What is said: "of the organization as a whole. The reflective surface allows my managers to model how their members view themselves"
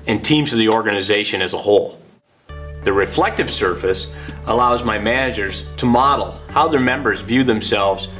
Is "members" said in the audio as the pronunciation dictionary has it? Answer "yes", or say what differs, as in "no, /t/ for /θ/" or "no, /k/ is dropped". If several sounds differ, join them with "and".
yes